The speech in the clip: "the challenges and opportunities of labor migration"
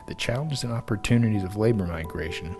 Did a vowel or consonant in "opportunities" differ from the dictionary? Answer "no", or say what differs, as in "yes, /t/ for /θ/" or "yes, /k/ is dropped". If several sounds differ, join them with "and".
no